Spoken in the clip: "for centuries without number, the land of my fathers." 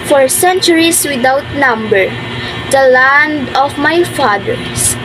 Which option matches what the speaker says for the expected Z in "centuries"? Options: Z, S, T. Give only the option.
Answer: S